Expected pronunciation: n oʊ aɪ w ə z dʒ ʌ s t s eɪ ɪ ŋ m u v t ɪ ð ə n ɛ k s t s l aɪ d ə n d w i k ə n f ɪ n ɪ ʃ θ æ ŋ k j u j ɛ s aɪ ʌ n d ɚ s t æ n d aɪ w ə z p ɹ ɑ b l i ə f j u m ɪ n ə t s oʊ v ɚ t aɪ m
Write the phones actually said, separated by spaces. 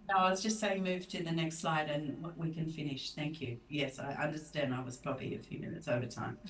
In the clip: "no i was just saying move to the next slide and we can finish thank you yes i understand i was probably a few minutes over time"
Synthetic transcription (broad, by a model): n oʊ aɪ w ə z dʒ ʌ s t s eɪ ɪ ŋ m u v t ɪ ð ə n ɛ k s t s l aɪ d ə n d w i k ə n f ɪ n ɪ ʃ θ æ ŋ k j u j ɛ s aɪ ʌ n d ɚ s t æ n d aɪ w ə z p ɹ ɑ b i ə f j u m ɪ n ə t s oʊ v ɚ t aɪ m